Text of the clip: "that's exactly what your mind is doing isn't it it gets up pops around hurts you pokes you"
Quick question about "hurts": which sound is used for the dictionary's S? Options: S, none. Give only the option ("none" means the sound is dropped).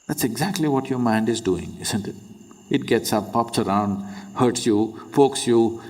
S